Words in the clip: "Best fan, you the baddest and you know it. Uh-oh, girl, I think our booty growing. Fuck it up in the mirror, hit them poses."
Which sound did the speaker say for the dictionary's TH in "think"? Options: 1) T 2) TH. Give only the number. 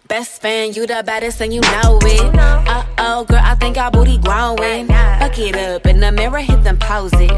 2